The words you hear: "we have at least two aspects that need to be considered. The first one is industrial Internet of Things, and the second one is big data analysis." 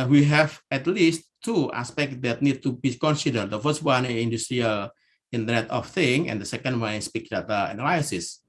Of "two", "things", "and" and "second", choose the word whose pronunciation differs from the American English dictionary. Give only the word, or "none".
things